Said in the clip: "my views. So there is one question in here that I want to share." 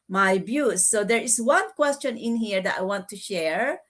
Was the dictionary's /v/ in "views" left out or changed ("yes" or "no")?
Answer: yes